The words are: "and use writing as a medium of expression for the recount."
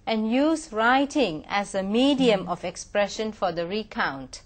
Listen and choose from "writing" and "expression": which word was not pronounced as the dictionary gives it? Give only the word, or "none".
none